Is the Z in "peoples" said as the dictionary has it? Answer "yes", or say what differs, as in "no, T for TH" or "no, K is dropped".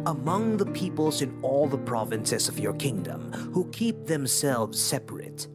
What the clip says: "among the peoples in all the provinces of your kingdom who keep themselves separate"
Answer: yes